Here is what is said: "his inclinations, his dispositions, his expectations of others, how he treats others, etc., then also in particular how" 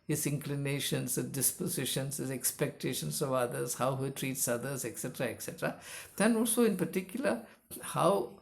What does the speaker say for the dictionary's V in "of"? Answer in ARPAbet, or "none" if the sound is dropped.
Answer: V